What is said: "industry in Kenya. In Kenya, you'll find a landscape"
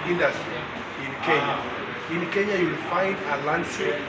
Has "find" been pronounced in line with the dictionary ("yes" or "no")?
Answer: yes